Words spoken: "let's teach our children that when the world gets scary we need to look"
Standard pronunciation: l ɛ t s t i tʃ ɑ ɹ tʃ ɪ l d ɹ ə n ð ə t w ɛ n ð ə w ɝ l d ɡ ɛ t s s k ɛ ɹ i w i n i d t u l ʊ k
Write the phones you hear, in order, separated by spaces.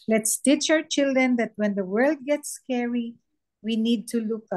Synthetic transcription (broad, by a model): l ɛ t s t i tʃ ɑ w tʃ ɪ l d ɹ ə n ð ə t w ɛ n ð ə w ɝ l d ɡ ɛ t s s k ɛ ɹ i w i n i d t u l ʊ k